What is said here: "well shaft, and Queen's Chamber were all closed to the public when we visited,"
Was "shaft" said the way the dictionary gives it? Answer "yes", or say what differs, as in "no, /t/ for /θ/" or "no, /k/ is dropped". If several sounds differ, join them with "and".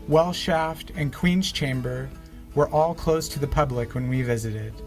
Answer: yes